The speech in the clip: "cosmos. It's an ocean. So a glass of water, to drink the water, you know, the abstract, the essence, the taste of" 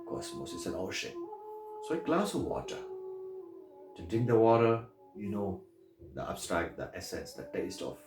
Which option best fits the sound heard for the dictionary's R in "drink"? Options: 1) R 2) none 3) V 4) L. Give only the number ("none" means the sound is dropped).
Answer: 2